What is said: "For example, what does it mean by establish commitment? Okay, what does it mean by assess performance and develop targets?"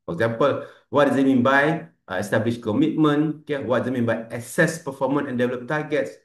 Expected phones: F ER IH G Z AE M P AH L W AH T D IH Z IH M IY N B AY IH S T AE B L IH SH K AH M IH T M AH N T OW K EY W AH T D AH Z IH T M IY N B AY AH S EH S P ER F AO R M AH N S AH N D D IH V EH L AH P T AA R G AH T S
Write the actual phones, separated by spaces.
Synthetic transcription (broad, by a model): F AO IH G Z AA M P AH L W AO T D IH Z IH M IY N B AY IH S T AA B L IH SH K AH M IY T M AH N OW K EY W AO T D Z IH T M IY N B AY AH S EH S P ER F AO M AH N AH N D D IH V EH L AH P T AA G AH T S